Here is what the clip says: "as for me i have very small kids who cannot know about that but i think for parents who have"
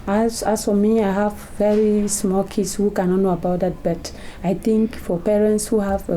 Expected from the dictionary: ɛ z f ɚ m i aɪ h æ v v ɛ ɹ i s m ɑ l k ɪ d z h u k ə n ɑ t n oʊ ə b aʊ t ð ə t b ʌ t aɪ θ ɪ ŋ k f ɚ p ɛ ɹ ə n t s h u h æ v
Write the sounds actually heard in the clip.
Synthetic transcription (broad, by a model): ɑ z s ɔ m i aɪ h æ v v ɛ ɹ i s m ɑ l k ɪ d s h u k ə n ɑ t n oʊ ə b aʊ t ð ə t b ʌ t aɪ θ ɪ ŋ k f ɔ p ɛ ɹ ə n t s h u h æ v